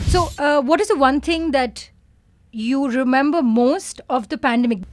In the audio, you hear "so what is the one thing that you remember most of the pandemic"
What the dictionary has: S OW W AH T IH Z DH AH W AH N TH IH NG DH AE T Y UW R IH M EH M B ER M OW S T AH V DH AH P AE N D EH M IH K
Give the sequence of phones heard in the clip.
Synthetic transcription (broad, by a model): S OW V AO T IH Z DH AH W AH N T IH NG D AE T Y UW R IH M EH M B ER M OW S T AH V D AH P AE N D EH M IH K